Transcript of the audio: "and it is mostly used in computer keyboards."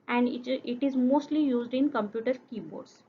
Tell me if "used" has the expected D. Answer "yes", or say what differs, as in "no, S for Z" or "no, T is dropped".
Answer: yes